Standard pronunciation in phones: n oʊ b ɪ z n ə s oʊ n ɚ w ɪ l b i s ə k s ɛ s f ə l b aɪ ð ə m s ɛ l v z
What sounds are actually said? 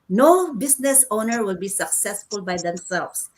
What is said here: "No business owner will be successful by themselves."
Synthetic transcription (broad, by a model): n oʊ b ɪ s n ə s oʊ n ɚ w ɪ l b i s ə k s ɛ s f ə l b aɪ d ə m s ɛ l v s